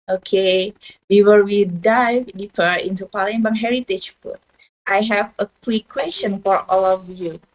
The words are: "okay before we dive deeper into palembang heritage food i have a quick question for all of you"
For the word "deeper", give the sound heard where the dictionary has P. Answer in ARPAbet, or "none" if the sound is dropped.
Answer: F